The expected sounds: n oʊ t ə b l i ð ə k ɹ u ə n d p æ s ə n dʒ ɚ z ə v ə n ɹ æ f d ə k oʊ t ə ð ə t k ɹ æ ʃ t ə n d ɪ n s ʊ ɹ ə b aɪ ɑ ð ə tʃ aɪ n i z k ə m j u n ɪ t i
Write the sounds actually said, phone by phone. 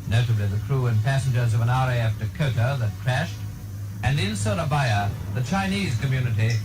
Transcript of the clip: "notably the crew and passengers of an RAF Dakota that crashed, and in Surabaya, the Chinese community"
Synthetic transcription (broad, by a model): n oʊ t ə b l i ð ə k ɹ u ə n p æ s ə n dʒ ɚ z ə v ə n ɹ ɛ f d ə k oʊ t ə ð ə t k ɹ æ ʃ t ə n ɪ n s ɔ l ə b aɪ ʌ ð ə tʃ aɪ n i z k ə m j u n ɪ t i